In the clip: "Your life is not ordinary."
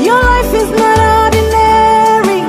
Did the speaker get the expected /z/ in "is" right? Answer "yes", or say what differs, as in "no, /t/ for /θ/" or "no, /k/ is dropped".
yes